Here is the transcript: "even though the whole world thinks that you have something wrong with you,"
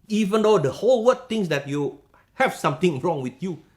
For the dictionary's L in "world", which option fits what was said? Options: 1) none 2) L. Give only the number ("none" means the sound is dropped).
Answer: 1